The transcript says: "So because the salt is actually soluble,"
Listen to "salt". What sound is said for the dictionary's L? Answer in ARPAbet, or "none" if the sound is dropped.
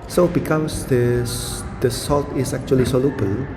L